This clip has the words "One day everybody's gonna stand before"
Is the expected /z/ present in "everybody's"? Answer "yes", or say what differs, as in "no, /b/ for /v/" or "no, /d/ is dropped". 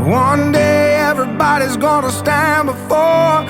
yes